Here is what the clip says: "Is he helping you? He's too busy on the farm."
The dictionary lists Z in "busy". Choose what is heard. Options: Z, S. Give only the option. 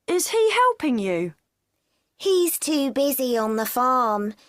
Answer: Z